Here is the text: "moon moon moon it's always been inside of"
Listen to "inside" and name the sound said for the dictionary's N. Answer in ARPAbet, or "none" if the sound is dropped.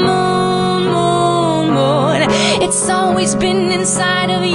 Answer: N